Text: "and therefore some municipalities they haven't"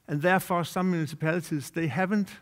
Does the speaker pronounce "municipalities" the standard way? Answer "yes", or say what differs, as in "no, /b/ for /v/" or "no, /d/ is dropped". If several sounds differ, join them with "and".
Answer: no, /s/ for /t/